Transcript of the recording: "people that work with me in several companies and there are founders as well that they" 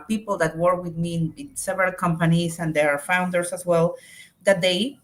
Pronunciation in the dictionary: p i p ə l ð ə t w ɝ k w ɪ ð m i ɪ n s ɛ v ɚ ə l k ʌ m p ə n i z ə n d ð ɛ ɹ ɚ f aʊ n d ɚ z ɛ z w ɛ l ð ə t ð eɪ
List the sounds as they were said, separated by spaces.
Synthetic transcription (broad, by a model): p i p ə l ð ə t w ɝ k w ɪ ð m i ɪ n s ɛ v ɚ ə l k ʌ m p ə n i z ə n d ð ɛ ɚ f aʊ n d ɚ s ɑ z w ɛ l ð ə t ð eɪ